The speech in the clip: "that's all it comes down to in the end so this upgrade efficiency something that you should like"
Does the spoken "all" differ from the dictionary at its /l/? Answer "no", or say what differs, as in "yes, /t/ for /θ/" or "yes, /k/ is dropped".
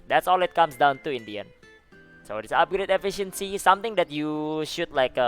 no